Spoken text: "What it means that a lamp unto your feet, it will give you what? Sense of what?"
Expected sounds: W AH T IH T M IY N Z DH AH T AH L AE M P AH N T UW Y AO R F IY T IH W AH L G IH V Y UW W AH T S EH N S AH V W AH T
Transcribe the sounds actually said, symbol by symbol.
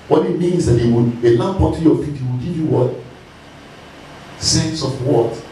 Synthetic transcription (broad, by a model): W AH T IH T M IY N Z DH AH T AH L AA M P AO T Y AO F IY T IH W AH L G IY V Y UW W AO T S EH N S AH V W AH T